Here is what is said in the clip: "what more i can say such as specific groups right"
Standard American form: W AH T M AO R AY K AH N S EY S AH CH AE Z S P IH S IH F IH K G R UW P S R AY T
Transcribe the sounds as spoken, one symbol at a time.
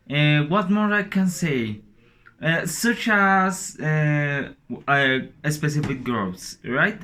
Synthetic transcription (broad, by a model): W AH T M AO R AY K AH N S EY S AH CH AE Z S P IH S IH F IH K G R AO S R AY T